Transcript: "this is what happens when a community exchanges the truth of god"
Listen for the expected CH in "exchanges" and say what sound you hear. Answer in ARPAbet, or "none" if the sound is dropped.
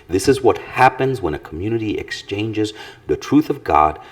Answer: CH